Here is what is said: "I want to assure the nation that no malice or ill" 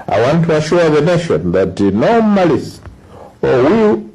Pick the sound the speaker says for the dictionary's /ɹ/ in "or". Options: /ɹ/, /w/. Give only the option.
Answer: /w/